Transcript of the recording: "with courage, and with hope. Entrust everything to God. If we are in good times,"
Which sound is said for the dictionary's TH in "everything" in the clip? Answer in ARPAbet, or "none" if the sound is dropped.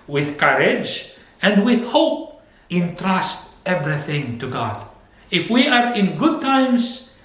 TH